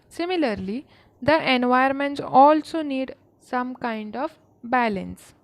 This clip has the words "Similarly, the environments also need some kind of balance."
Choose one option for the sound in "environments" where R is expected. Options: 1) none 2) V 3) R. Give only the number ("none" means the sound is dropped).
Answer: 1